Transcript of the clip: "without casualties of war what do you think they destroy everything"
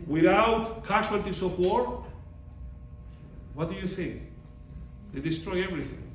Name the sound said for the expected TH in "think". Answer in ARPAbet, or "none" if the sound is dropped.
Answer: TH